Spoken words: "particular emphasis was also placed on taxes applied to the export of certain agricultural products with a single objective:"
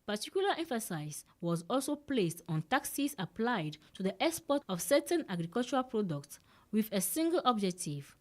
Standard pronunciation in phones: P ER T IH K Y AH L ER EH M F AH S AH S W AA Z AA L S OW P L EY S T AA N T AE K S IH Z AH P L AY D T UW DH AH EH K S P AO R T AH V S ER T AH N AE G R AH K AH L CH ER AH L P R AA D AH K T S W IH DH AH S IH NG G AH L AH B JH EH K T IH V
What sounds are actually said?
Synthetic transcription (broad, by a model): P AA T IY K Y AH L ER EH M F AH S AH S W AA Z AA L S OW P L EY S T AA N T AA K S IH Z AH P L AY D T UW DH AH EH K S P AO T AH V S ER T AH N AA G R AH K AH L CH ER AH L P R AA D AH K T S W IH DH AH S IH NG G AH L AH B JH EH K T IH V